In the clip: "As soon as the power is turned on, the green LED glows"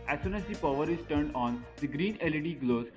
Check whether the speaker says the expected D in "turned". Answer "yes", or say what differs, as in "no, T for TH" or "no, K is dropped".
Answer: yes